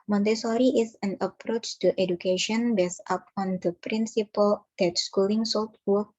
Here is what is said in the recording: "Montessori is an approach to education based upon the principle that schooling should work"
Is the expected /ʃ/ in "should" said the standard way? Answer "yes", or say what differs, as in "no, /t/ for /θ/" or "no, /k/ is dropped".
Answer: no, /s/ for /ʃ/